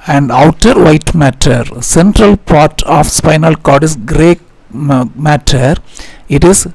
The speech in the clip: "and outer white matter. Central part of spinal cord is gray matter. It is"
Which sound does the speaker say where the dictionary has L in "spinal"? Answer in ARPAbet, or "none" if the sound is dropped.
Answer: L